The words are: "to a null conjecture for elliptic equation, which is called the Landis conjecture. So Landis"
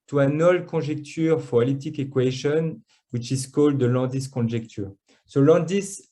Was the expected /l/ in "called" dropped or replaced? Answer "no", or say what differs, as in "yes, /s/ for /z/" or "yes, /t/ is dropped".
no